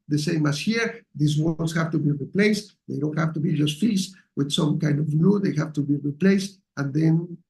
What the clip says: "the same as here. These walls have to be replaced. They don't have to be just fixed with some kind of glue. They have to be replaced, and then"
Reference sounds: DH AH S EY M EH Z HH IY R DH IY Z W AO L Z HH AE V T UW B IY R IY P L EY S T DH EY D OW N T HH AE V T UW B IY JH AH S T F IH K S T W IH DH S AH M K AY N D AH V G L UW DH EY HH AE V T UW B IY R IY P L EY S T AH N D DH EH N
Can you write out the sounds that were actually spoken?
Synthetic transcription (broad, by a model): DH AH S EY M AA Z HH IY R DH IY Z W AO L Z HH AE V T UW B IY R IY P L EY S T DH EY D OW N T HH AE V T UW B IY JH AH S T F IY S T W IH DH S AH M K AY N D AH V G L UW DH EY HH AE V T UW B IY R IY P L EY S T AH N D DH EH N